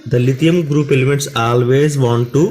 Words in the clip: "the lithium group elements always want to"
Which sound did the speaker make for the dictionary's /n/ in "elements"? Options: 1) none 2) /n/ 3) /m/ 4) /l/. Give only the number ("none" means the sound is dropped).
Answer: 1